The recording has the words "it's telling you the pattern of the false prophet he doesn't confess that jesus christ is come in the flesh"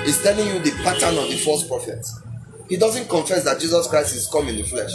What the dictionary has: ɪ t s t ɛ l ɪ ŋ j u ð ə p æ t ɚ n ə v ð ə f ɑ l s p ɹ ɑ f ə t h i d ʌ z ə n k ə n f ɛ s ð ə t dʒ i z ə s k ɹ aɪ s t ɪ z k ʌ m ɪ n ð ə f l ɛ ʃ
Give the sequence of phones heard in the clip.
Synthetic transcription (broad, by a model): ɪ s t ɛ l ɪ ŋ j u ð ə p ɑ t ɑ n ə v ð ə f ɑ s p ɹ ɑ f ə t h i d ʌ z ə n k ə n f ɛ s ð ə t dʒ i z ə s k ɹ aɪ s t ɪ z k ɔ m ɪ n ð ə f l ɛ ʃ